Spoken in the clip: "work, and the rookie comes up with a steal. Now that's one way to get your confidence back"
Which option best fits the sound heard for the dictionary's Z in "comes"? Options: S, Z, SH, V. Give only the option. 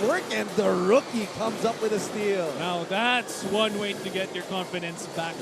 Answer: Z